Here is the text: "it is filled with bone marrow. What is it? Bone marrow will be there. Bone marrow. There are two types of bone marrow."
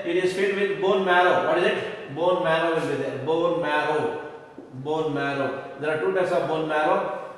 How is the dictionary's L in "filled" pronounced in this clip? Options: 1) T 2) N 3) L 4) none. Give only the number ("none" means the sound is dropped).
4